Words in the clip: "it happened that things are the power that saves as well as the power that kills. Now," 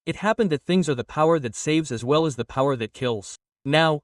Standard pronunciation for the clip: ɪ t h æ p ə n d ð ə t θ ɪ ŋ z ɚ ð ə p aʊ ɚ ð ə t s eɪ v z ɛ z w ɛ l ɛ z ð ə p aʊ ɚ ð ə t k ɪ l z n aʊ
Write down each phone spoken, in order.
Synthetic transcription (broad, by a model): ɪ t h æ p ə n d ð ə t θ ɪ ŋ z ɚ ð ə p aʊ ɚ ð ə t s eɪ v z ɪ z w ɛ l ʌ z ð ə p aʊ ɚ ð ə t k ɪ l z n aʊ